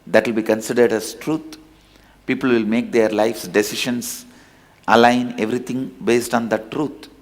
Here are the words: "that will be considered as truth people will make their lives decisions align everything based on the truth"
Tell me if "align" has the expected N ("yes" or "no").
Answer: yes